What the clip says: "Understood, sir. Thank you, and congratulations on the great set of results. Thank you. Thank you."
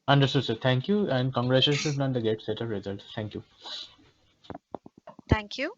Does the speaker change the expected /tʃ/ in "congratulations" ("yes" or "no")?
yes